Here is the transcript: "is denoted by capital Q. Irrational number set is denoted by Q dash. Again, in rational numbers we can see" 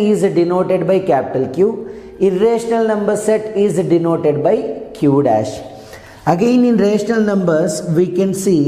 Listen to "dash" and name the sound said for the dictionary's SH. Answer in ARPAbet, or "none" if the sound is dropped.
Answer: SH